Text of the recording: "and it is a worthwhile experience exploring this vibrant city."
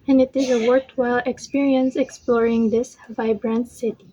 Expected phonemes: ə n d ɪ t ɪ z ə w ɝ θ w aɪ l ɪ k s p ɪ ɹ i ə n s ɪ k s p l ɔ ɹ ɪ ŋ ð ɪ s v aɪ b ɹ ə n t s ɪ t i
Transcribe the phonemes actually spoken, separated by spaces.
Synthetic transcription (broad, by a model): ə n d ɪ t ɪ z ə w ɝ t w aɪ l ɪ k s p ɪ ɹ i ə n s ɪ k s p l ɔ ɹ ɪ ŋ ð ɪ s v aɪ b ɹ ə n t s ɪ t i